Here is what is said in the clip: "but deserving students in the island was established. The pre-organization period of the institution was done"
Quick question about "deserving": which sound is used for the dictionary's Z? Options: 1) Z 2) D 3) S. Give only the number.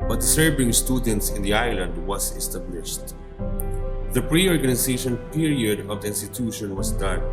3